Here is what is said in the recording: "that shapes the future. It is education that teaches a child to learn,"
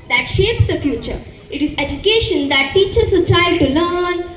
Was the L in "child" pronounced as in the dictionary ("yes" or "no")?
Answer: no